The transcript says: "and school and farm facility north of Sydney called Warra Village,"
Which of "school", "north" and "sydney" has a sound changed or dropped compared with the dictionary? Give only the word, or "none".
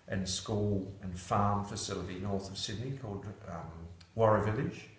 none